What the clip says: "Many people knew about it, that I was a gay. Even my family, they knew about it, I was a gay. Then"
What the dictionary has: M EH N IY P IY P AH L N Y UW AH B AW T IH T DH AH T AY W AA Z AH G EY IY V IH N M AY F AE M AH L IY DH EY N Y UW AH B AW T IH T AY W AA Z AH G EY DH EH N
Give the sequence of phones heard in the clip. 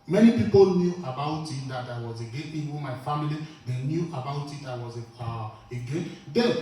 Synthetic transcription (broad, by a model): M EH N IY P IY P AH L N Y UW AH B AW T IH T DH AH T AY W AA Z AH G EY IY W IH M AY F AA M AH L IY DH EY N Y UW AH B AW T IH T AY W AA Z AH G EY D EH